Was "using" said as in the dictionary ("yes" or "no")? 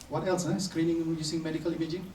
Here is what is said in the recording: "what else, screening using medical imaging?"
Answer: no